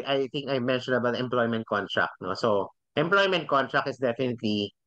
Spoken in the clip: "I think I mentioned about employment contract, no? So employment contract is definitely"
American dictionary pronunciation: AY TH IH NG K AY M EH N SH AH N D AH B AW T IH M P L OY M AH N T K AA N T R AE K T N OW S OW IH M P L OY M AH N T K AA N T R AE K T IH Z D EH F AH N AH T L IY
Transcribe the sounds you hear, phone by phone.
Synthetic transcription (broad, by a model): AY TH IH NG K AY M EH N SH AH N AH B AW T IH M P L OY M AH N T K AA N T R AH K T N OW S OW IH M P L OY M AH N T K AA N T R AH K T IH S D EH F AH N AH T L IY